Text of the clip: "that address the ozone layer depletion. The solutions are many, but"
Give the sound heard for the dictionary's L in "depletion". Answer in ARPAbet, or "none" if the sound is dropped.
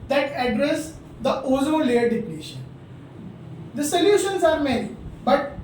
N